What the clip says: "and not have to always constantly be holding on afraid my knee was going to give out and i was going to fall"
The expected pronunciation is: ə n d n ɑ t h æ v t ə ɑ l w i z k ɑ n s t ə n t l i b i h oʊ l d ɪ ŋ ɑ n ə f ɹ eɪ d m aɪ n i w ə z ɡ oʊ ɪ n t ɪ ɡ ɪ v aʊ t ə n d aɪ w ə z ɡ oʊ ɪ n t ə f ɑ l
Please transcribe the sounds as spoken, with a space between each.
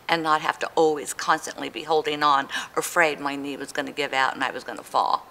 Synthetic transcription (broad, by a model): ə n n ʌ t h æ f t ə ɑ l w i z k ɑ n s t ə n t l i b i h oʊ l d ɪ ŋ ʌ n ə f ɹ eɪ d m aɪ n i w ə z ɡ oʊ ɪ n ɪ ɡ ɪ v aʊ t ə n aɪ w ə z ɡ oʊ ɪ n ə f ɑ l